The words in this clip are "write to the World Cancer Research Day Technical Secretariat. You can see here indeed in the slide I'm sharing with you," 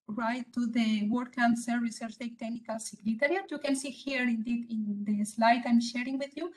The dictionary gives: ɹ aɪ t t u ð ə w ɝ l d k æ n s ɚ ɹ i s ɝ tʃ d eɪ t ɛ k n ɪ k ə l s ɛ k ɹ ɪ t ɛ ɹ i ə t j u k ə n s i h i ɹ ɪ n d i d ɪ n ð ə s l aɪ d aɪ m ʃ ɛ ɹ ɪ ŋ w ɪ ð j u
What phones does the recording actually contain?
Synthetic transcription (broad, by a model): ɹ aɪ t t u ð ə w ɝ d k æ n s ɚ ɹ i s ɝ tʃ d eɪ t ɛ k n ɪ k ə l s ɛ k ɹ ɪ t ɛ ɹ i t j u k ə n s i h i ɹ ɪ n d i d ɪ n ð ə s l aɪ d aɪ m ʃ ɛ ɹ ɪ ŋ w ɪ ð j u